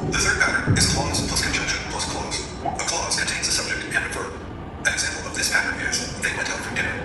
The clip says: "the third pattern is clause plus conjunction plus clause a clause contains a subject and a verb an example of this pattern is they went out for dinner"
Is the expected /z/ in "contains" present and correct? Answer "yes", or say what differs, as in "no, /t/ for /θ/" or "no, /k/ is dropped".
yes